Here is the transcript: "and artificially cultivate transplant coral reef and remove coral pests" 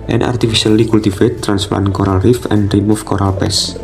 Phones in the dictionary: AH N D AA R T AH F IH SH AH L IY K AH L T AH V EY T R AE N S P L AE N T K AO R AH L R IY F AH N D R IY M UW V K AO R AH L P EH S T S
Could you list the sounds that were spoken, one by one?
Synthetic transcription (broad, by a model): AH N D AA R T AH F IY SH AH L IY K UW L T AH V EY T R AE N S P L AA N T K AO R AH L R IY F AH N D R IY M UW F K AO R AH L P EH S S